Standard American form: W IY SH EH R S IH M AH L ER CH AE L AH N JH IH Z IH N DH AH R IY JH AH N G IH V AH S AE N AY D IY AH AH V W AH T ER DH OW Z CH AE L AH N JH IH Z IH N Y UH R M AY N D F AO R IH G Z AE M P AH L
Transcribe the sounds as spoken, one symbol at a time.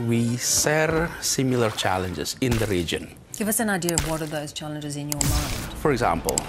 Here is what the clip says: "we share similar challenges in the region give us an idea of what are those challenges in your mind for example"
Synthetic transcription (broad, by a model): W IY S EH R S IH M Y L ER CH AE L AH N JH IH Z IH N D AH R IY JH AH N G IH V AH S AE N AY D IY AH AH V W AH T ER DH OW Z CH AE L AH N JH IH Z IH N Y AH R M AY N F AO R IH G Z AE M P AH L